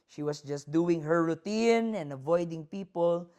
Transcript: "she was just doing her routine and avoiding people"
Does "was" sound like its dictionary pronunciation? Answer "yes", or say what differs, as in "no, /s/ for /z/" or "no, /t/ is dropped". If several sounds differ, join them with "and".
no, /s/ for /z/